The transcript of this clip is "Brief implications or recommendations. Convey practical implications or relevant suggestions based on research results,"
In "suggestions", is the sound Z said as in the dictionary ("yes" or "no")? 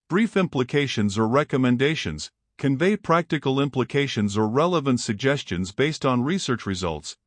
yes